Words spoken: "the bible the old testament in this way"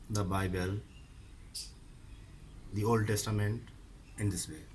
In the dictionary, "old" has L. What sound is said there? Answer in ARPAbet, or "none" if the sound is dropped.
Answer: L